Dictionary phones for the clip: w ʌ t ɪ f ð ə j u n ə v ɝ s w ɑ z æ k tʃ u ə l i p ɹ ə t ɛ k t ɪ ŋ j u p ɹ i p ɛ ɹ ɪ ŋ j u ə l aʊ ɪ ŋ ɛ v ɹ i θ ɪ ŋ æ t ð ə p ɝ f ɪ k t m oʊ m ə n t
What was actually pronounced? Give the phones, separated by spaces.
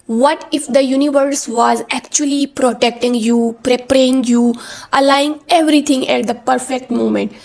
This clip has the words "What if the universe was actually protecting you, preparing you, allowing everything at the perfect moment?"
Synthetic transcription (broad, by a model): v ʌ t ɪ f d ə j u n ə v ɝ s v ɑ z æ k tʃ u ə l i p ɹ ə t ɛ k t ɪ ŋ j u p ɹ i p ɹ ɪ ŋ j u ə l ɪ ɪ ŋ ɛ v ɹ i t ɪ ŋ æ t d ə p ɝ f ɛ k t m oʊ m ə n t